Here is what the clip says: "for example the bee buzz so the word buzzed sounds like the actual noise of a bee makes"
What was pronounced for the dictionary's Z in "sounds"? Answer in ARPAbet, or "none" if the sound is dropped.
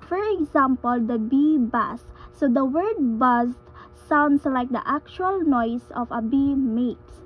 S